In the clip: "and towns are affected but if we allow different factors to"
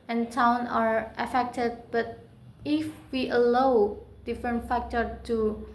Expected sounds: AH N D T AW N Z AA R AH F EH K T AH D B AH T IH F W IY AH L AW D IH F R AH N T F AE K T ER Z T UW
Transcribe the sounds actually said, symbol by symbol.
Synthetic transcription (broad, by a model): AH N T AW N AA R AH F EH K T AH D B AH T IH F W IY AH L AW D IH F R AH N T F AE K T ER T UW